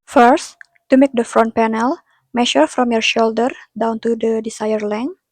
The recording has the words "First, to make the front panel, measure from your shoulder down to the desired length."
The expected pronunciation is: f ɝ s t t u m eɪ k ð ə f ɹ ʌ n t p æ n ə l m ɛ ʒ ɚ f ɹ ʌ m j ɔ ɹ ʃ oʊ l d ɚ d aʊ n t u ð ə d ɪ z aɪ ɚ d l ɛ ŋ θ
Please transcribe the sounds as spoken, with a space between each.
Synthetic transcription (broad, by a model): f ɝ s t t u m eɪ k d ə f ɹ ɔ n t p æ n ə l m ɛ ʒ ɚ f ɹ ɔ m j ɔ ɹ ʃ oʊ l d ɚ d aʊ n t u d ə d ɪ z aɪ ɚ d l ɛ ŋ